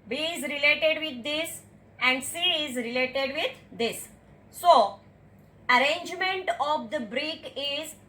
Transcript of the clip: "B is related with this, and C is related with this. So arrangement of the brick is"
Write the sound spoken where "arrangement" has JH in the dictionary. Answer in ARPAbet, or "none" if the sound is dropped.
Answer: JH